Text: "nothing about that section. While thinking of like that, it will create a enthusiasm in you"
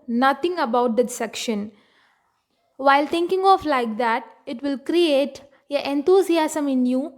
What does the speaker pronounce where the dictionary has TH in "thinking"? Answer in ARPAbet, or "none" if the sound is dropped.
T